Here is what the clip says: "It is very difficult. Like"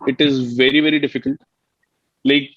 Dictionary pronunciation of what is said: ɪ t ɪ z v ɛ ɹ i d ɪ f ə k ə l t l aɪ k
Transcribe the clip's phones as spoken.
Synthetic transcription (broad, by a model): ɪ t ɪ z v ɛ ɹ i d ɪ f ə k ə l t l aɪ k